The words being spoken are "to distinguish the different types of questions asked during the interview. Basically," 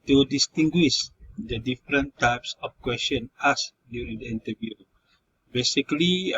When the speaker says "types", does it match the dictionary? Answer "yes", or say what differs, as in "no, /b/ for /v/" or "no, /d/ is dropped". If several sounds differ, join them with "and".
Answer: yes